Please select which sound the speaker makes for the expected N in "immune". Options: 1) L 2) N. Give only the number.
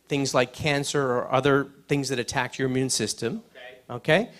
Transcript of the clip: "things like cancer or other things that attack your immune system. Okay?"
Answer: 2